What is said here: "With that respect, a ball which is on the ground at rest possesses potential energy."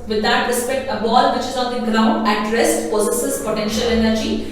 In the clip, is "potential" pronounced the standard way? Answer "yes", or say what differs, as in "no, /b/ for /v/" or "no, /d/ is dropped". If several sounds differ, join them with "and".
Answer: yes